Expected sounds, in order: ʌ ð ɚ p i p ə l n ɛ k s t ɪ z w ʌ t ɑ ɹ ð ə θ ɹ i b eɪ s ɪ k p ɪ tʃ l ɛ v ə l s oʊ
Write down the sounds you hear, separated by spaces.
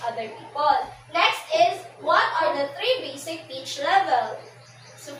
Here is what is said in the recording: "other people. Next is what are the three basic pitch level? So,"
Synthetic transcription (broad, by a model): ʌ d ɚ p i p ə l n ɛ k s t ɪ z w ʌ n ɑ ɹ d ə t ɹ i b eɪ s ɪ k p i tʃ l ɛ v ə l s